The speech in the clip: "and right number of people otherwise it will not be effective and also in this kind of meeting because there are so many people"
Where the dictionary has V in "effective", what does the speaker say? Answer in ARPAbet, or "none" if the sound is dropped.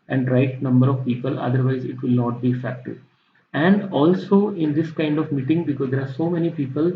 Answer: none